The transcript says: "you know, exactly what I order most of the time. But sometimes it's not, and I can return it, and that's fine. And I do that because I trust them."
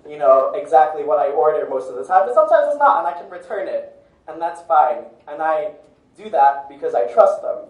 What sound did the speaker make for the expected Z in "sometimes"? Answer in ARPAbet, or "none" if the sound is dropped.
Z